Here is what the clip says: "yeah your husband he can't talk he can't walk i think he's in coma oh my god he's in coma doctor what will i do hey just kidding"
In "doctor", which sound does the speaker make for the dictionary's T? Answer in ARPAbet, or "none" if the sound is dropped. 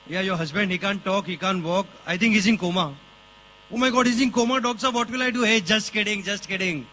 S